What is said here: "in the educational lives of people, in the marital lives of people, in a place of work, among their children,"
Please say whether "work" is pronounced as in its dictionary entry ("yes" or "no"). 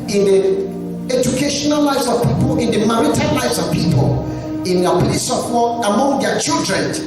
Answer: no